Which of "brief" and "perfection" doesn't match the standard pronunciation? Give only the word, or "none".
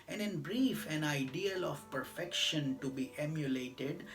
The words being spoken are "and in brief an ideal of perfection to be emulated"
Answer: none